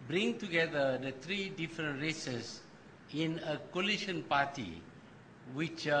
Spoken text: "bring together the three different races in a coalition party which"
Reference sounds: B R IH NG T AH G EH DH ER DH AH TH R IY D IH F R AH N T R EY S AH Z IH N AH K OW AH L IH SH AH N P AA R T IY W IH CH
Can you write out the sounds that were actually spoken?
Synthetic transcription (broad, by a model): B R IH NG T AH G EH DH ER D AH T R IY D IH F R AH N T R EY S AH S IH N AH K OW L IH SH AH N P AA T IY W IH CH